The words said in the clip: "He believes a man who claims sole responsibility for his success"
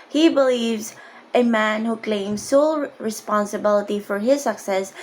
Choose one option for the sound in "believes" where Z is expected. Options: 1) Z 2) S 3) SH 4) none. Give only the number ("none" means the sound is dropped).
1